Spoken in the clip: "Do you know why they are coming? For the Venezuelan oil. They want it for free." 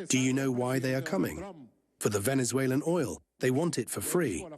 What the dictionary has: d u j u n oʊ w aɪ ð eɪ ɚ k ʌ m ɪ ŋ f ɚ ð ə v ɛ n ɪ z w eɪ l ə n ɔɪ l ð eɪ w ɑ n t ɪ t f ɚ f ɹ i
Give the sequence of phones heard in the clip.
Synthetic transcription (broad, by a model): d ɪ j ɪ n oʊ w aɪ ð eɪ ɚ k ʌ m ɪ ŋ f ɚ ð ə v ɛ n ɪ z w eɪ l ə n ɔɪ l ð eɪ w ɑ n t ɪ t f ɚ f ɹ i